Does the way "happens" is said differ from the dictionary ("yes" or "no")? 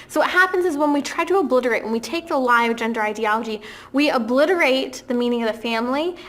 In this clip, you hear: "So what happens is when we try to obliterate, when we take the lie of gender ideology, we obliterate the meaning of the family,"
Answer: no